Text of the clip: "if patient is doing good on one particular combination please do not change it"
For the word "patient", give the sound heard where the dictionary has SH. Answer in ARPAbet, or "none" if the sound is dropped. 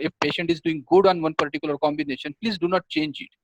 SH